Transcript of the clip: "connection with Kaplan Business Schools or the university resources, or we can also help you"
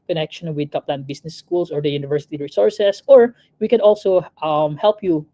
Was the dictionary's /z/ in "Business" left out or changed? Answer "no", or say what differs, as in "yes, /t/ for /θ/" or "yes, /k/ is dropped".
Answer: yes, /s/ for /z/